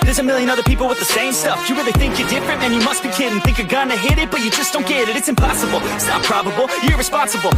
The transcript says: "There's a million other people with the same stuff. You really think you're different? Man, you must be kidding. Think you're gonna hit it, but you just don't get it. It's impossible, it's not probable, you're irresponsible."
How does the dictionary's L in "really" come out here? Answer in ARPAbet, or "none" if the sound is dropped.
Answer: N